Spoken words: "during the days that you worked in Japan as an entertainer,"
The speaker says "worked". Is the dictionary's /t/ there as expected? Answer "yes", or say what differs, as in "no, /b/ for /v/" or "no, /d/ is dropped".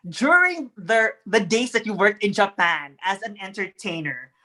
yes